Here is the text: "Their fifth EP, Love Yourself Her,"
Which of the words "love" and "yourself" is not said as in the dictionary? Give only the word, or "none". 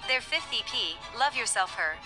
none